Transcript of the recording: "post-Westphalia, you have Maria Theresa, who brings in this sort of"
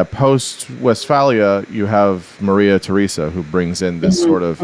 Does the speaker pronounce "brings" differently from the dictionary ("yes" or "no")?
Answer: no